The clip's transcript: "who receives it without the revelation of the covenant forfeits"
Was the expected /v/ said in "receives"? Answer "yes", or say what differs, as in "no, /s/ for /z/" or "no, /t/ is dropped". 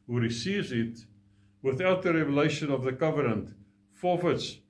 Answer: yes